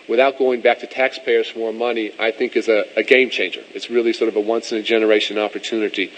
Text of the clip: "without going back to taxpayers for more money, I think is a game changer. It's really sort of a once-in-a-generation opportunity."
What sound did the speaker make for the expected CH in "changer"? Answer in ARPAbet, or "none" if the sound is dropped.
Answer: CH